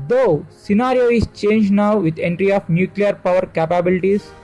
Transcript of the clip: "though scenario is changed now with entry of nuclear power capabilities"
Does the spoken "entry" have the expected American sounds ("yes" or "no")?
yes